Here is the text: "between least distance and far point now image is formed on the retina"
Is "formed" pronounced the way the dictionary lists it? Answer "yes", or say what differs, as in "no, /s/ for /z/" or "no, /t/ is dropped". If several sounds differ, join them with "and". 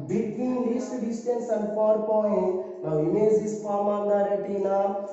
no, /d/ is dropped